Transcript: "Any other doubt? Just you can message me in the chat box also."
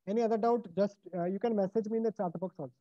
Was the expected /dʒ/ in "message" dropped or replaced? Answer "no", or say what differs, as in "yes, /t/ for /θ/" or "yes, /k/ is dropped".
no